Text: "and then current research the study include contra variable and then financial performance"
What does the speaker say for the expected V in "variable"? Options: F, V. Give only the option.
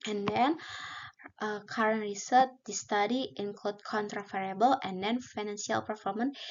F